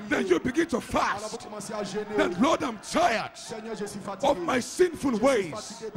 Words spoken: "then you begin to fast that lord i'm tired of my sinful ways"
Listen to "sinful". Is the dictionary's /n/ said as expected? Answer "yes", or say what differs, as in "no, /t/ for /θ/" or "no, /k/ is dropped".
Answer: yes